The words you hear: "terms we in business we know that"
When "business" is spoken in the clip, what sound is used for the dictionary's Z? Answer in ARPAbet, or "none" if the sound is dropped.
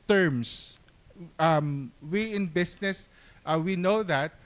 S